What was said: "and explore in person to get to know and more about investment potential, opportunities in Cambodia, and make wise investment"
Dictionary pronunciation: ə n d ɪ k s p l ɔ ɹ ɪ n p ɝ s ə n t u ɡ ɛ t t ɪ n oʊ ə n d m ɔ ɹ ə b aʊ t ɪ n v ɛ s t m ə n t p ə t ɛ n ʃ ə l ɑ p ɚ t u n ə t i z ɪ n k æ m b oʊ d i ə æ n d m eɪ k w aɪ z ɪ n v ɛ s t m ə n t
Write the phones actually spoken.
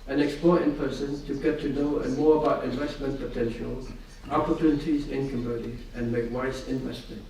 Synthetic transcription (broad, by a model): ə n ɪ k s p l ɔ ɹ ɪ n p ɝ s ə n t u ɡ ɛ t t ɪ n oʊ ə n m ɔ ɹ ə b aʊ t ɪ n v ɛ s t m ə n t p ə t ɛ n ʃ ə l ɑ p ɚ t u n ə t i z ɪ n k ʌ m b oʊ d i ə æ n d m eɪ k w aɪ s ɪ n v ɛ s t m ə n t